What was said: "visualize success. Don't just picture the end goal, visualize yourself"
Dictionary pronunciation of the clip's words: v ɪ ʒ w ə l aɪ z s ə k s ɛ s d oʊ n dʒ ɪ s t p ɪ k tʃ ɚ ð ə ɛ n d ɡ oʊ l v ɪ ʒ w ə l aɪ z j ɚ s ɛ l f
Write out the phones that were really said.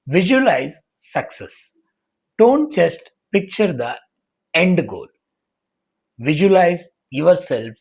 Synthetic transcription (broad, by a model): v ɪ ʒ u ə l aɪ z s ə k s ɛ s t oʊ n tʃ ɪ s t p ɪ k tʃ ɚ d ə ɛ n d ɡ oʊ l v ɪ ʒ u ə l aɪ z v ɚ s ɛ l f